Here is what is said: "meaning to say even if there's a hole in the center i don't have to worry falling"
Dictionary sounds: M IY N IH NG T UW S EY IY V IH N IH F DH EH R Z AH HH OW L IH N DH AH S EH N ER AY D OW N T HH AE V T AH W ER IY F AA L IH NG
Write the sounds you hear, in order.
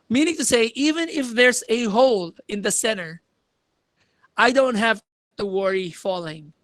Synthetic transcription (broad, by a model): M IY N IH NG T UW S EY IY V IH N IH F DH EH R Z AH HH OW L IH N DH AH S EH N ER AY D OW N T HH AE V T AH W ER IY F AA L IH NG